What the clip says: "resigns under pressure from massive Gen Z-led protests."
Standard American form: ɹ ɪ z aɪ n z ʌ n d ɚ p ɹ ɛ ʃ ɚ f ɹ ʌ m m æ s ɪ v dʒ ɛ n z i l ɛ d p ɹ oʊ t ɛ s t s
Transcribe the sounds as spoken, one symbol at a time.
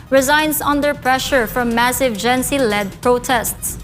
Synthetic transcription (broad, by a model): ɹ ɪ z aɪ n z ʌ n d ɚ p ɹ ɛ ʃ ɚ f ɹ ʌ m m æ s ɪ v dʒ ɛ n s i l ɛ d p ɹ oʊ t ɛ s t s